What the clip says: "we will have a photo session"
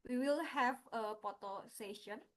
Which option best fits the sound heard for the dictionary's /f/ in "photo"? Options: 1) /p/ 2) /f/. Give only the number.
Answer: 1